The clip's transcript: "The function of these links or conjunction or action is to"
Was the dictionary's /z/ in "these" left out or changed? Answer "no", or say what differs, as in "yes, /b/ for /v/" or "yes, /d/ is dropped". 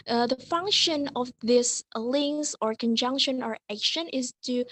yes, /s/ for /z/